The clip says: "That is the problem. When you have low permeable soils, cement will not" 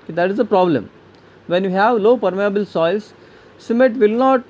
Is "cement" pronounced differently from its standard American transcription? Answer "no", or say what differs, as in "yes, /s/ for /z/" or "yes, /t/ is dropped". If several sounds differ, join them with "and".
yes, /n/ is dropped